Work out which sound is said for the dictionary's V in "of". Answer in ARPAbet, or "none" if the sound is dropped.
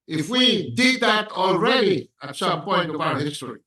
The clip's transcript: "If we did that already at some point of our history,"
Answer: P